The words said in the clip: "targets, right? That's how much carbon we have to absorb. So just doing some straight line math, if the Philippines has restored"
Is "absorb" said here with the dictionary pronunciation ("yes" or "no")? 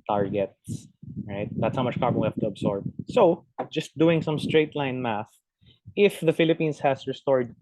no